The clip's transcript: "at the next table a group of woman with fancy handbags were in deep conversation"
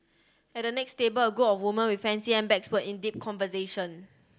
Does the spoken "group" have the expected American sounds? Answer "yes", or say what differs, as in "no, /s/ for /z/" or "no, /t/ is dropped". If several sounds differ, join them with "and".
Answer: no, /ɹ/ is dropped and /p/ is dropped